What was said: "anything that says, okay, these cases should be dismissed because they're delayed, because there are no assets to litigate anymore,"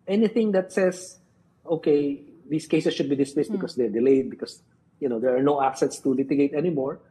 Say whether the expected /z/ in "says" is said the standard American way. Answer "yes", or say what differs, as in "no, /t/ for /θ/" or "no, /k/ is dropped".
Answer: no, /s/ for /z/